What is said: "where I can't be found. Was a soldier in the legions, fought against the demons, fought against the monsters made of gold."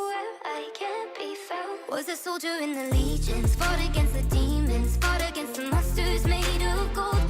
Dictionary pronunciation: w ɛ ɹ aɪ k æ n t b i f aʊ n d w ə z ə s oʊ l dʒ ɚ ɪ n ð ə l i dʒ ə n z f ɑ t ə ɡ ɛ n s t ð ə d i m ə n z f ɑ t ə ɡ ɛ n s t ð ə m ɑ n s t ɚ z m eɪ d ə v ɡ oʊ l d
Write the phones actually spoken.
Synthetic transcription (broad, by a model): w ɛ aɪ k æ n b i f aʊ w ə z ə s oʊ l dʒ ɚ ɪ n ð ə l i dʒ ə n z f ɑ t ə ɡ ɛ n s t ð ə d i m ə n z f ɑ t ə ɡ ɛ n s t ð ə m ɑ s t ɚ z m eɪ d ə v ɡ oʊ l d